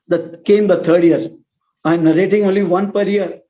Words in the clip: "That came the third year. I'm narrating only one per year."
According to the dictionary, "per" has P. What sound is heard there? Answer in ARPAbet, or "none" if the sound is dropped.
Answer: P